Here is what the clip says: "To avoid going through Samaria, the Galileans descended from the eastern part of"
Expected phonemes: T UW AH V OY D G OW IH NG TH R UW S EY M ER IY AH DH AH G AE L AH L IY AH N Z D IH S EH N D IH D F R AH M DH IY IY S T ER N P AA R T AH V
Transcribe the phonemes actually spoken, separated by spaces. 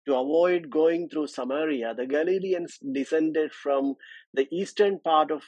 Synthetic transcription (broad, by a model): T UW AH V OY D G OW IH NG T R UW S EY M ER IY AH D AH G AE L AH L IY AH N S D IH S EH N D IH D F R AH M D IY IY S T ER N P AA R T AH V